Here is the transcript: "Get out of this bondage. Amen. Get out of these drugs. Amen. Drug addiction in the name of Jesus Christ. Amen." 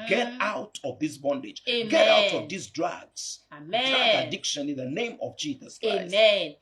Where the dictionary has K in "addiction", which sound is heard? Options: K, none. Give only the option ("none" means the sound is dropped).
K